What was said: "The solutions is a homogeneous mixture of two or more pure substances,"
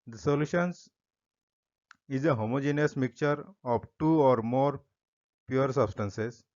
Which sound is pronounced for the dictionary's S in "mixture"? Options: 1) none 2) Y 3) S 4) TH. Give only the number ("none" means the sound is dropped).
1